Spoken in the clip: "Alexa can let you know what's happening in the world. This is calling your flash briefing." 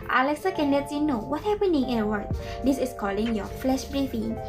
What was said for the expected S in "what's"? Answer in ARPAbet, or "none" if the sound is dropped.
none